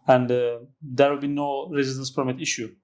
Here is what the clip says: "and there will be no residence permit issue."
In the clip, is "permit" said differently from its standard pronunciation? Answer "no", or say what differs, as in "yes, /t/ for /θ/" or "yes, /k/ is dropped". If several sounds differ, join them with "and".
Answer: yes, /f/ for /p/